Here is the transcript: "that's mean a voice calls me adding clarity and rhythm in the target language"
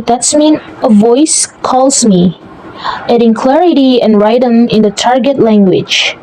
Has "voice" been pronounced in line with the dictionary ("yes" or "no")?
yes